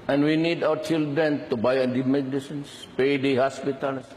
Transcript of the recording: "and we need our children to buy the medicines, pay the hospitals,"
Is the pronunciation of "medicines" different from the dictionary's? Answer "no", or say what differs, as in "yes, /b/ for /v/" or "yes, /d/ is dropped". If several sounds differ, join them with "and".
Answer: yes, /s/ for /z/